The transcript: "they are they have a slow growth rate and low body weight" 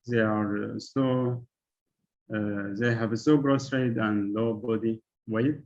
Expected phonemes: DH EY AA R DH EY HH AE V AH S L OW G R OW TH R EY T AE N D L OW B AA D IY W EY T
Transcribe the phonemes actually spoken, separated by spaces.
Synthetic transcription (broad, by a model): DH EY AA R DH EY HH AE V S OW G R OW S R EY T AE N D L OW B AA D IY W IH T